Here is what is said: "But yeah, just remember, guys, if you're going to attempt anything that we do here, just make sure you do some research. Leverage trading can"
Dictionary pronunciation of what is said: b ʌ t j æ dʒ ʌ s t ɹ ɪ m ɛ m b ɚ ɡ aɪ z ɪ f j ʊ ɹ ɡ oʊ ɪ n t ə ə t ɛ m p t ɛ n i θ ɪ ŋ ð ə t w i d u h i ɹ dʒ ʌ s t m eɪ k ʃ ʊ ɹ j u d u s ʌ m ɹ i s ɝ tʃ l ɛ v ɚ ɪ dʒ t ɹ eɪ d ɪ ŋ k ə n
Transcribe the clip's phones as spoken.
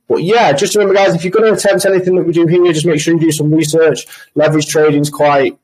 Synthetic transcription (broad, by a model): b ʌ t j æ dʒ ʌ s t ɹ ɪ m ɛ m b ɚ ɡ aɪ z ɪ f j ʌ ɡ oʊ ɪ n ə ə t ɛ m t ɛ n i θ ɪ ŋ ð ə t w i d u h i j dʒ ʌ s m eɪ k ʃ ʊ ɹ j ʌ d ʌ s ʌ m ɹ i s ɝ tʃ l ɛ v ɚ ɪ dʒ t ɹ eɪ d ɪ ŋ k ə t